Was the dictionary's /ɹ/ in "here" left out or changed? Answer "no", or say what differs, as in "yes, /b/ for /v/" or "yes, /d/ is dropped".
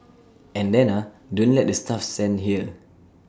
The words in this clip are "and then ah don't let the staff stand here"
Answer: yes, /l/ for /ɹ/